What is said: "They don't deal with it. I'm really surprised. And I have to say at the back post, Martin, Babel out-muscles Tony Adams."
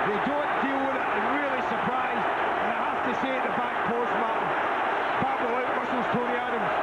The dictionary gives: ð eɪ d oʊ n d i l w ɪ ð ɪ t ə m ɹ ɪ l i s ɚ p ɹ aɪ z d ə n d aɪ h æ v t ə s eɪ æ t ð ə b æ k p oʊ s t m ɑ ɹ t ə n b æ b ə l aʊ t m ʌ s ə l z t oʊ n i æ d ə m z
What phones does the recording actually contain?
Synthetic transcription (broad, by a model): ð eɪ d oʊ n d i l w ɪ ð ɪ t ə ɹ ɪ l i s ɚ p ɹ aɪ z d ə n aɪ h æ f t ə s eɪ ð ə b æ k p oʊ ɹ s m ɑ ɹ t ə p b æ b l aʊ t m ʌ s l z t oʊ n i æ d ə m